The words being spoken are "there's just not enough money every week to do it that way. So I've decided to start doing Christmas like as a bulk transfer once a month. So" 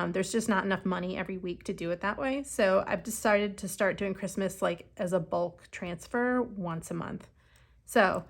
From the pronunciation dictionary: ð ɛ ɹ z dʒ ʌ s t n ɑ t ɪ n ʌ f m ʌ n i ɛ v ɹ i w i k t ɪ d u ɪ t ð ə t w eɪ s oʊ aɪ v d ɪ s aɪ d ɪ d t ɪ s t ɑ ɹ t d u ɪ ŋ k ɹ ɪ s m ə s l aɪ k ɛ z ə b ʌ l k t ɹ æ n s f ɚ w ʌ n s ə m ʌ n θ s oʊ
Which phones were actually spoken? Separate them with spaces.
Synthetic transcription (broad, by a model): ð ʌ ɹ z dʒ ʌ s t n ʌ t ɪ n ʌ f m ʌ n i ɛ v ɹ i w i k t ɪ d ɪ ɪ t ð ə t w eɪ s oʊ aɪ v d ɪ s aɪ d ɪ d t ɪ s t ɑ ɹ t d u ɪ ŋ k ɹ ɪ s m ə s l aɪ k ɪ z ə b ʌ l k t ɹ æ n s f ɚ w ʌ n s ə m ʌ n θ s oʊ